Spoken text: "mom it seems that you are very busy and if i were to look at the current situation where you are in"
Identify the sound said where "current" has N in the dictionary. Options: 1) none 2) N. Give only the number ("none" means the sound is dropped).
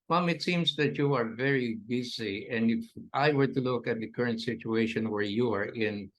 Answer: 2